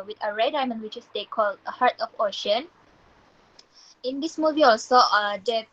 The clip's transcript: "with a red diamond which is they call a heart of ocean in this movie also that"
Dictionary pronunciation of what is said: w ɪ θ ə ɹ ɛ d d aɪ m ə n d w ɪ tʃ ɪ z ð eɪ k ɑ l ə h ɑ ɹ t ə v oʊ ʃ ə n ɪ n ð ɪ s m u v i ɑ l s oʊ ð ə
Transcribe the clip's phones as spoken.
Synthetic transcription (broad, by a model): w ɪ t ə ɹ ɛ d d aɪ m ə n w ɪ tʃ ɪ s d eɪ k ɑ l ə h ɑ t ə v oʊ ʃ ə n ɪ n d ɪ s m u v i ɑ l s oʊ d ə